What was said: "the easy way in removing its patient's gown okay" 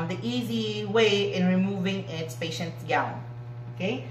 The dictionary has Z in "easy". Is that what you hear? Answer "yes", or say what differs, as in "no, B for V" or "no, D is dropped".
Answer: yes